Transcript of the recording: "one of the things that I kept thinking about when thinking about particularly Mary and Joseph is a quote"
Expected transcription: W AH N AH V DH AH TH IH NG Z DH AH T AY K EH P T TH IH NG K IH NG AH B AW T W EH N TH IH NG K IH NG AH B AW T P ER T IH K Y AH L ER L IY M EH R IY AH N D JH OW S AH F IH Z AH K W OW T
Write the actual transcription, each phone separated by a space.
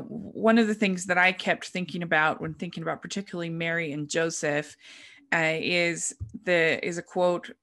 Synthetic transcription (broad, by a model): W AH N AH V DH AH TH IH NG Z DH AH T AY K EH P T TH IH NG K IH NG AH B AW T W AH N TH IH NG K IH NG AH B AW T P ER T IH K Y L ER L IY M EH R IY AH N JH OW S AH F IH Z AH K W OW T